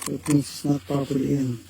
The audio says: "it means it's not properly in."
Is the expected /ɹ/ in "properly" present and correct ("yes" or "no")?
no